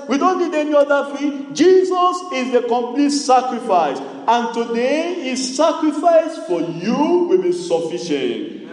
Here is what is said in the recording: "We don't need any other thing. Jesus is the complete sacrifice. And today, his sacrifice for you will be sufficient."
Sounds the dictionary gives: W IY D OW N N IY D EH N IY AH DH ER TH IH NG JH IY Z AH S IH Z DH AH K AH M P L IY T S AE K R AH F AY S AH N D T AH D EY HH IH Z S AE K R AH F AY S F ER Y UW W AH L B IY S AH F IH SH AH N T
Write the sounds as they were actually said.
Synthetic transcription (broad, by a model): W IY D OW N N IY D EH N IY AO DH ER F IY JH IY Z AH S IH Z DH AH K AH M P L IY T S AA K R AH F AY S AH N T AH D EY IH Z S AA K R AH F AY S F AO Y UW W AH L B IY S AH F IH SH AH N T